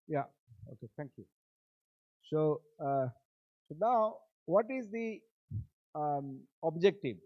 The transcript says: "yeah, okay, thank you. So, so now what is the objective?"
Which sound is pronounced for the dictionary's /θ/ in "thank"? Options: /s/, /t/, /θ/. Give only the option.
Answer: /t/